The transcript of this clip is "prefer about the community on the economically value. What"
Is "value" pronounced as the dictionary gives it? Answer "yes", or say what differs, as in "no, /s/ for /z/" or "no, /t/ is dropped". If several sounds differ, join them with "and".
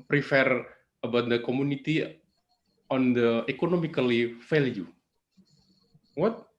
no, /f/ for /v/